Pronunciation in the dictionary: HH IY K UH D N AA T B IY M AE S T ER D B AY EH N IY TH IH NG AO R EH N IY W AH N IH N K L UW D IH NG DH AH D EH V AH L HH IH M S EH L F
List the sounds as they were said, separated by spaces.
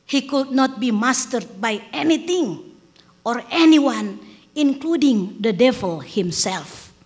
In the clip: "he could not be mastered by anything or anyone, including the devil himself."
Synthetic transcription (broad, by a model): HH IY K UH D N AA T B IY M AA S T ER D B AY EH N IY T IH NG AO R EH N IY W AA N IH N K L UW D IH NG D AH D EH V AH L HH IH M S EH L F